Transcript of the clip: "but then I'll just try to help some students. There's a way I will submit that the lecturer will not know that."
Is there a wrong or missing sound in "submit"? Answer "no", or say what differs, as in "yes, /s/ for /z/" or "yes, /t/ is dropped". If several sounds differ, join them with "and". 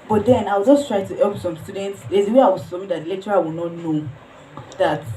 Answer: yes, /b/ is dropped